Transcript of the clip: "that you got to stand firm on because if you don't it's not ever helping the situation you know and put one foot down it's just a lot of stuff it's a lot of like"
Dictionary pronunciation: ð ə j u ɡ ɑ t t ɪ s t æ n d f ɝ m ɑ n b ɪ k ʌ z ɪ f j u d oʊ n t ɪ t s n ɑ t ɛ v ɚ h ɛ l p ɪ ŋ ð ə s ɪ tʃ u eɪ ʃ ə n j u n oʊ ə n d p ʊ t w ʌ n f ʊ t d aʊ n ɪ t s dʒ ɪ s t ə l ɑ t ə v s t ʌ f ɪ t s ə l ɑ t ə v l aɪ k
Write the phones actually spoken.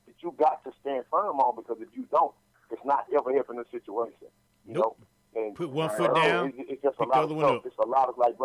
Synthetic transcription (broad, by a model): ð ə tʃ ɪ ɡ ɑ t t ɪ s t æ n d f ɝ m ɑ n b ɪ k ʌ z ɪ f j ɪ d oʊ n t ɪ t s n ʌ t ɛ v ɚ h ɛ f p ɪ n ð ə s ɪ tʃ u eɪ ʃ ə n j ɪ n oʊ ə n p ʊ t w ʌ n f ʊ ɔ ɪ ɪ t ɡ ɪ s ə l ɑ t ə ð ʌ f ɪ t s ə l ɑ t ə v l aɪ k